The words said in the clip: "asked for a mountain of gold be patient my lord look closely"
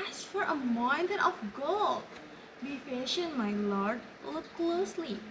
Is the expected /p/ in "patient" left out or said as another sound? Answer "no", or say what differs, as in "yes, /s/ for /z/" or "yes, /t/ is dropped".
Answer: yes, /f/ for /p/